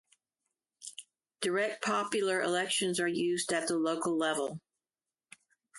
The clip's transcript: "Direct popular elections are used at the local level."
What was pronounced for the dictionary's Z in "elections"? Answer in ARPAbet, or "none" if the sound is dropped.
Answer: Z